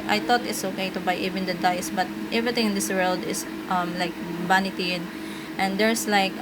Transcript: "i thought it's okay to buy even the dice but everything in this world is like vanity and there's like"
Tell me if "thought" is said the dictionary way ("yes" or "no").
no